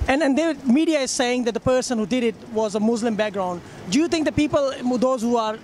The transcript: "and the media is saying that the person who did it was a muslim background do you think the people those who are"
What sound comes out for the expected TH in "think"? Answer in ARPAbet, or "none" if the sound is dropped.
T